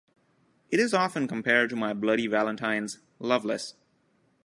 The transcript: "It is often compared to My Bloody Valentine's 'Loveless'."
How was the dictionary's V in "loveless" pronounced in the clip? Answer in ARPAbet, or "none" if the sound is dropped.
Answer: V